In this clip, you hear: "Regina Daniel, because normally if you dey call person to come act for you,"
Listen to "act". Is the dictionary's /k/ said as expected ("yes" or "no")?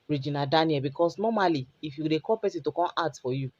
no